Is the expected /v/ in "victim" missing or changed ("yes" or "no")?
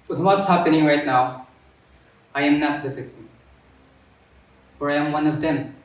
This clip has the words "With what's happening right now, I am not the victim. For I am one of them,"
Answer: yes